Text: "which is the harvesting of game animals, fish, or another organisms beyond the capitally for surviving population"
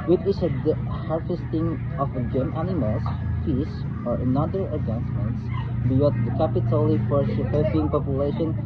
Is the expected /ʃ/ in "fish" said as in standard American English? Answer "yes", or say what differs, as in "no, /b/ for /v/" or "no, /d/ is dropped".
no, /s/ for /ʃ/